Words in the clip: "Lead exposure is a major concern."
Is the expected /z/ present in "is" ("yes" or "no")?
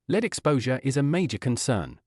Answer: yes